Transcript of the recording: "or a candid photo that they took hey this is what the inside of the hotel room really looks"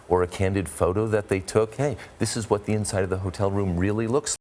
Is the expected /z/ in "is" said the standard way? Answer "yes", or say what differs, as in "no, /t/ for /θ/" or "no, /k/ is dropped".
yes